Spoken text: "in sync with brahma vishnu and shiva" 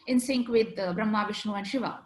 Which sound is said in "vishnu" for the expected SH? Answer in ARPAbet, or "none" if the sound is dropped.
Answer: SH